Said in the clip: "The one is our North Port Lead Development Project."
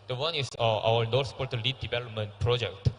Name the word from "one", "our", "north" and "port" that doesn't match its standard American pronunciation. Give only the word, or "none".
north